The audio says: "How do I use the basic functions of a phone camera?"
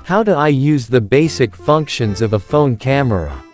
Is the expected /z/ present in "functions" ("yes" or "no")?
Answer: yes